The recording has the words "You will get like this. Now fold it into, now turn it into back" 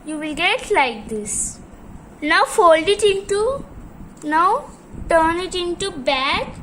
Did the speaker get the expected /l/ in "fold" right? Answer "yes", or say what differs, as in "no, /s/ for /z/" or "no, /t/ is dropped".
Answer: yes